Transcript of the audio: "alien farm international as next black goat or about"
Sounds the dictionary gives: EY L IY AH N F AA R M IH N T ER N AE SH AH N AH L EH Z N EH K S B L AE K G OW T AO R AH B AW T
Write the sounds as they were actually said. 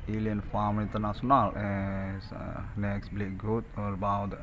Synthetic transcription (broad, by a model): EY L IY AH N F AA M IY N T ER N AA S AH N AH L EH S N EH K S B L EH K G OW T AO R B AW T